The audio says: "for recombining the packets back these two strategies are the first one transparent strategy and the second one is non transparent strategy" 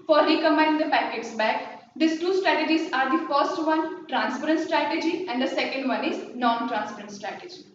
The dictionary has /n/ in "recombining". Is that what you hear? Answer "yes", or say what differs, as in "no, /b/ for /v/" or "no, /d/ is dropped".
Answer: no, /n/ is dropped